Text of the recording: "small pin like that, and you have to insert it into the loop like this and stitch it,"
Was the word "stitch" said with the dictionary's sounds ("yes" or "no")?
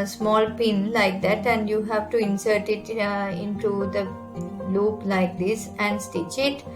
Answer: yes